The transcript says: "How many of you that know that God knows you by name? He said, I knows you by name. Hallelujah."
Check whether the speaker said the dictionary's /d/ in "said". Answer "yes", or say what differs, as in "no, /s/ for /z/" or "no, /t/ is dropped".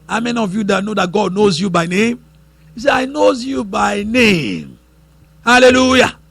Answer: no, /d/ is dropped